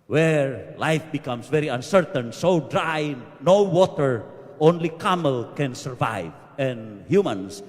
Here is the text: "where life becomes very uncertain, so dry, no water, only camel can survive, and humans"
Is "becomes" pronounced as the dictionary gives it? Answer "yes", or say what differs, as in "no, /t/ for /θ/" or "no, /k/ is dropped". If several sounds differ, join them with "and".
no, /s/ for /z/